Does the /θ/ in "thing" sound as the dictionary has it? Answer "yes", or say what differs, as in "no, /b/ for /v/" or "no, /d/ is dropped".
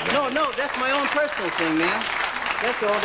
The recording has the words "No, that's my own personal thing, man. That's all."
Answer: yes